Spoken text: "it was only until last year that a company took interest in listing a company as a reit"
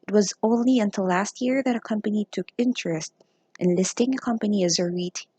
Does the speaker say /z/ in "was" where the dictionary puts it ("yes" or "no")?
yes